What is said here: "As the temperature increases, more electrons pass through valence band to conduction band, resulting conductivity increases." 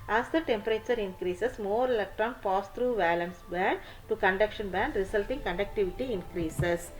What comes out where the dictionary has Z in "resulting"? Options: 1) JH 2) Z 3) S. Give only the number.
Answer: 3